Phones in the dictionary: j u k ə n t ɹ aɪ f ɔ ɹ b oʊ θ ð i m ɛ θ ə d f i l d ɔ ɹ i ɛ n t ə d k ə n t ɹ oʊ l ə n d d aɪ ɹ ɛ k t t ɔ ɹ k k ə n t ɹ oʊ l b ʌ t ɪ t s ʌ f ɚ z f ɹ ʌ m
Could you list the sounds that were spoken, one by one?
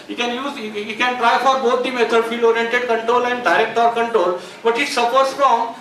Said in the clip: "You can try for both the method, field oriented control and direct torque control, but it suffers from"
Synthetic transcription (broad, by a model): j u k ə n t ɹ aɪ f ɔ ɹ b oʊ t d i m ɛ t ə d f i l ɔ ɹ i ɛ n t ə d k ə n t ɹ oʊ l ə n d d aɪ ɹ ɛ k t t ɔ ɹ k k ə n t ɹ oʊ l b ʌ t ɪ t s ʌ p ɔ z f ɹ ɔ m